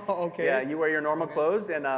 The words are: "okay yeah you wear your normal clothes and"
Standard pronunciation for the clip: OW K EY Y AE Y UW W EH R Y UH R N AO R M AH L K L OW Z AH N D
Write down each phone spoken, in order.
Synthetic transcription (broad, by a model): OW K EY Y AE Y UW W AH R Y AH R N AO R M L K L OW Z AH N